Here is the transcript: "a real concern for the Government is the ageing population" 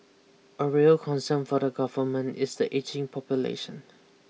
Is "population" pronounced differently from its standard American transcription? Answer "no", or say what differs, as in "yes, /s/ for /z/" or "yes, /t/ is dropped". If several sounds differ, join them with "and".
no